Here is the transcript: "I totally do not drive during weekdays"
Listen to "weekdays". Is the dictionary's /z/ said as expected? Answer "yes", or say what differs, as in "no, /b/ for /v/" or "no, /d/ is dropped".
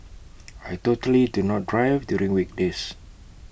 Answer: no, /s/ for /z/